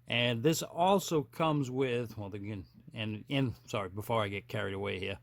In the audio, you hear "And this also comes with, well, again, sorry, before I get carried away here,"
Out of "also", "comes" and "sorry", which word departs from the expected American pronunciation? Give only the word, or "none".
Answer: none